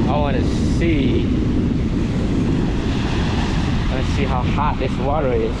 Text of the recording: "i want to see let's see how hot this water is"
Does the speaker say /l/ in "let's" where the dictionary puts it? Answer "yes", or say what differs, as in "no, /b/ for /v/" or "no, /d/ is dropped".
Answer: no, /w/ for /l/